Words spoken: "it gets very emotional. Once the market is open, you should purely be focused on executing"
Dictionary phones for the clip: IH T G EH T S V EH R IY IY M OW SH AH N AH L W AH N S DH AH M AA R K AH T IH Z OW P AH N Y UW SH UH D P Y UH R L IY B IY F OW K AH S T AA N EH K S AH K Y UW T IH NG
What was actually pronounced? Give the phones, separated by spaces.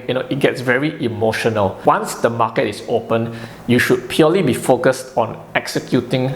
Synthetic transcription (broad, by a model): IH T G EH T S V EH R IY IY M OW SH AH N AH L W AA N S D AH M AA K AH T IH S OW P AH N Y UW SH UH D P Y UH L IY B IY F OW K AH S T AA N EH K S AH K Y UW T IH NG